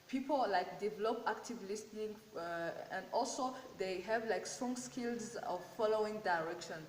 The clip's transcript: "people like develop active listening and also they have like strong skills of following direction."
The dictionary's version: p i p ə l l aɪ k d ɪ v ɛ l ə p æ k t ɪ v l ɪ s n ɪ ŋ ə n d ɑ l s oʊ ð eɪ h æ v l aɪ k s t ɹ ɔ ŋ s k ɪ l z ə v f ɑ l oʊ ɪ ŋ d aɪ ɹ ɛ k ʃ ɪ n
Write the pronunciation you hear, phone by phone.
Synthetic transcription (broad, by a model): p i p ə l l aɪ k d ɪ v ɛ l ə p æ k t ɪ v l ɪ s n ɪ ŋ ə n d ɑ l s oʊ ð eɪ h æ v l aɪ k s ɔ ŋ s k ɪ l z ə v f ɑ l oʊ ɪ ŋ d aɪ ɹ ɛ k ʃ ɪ n